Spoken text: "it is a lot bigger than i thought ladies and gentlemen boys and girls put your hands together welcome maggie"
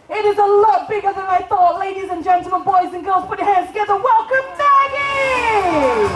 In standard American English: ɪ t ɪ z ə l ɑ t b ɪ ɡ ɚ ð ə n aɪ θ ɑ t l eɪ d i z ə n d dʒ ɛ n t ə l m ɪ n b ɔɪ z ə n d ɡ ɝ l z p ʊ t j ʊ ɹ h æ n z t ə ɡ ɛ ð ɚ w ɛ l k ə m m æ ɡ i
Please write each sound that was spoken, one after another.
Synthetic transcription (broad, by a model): ɪ t ɪ z ə l ɑ t b ɪ ɡ ɚ ð ə n aɪ θ ɑ t l eɪ d i z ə n dʒ ɛ n t l m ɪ n b ɔɪ z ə n ɡ ɝ l z p ʊ t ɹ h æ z t ə ɡ ɛ ð ɚ w ɛ l k ə m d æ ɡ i